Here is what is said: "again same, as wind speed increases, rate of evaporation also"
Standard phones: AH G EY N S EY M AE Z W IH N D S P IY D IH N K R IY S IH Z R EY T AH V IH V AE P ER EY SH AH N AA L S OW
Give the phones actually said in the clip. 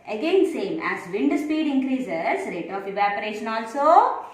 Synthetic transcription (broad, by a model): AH G EY N S EY M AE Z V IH N D S P IY D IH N K R IY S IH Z R EY T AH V IH V AE P ER EY SH AH N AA L S OW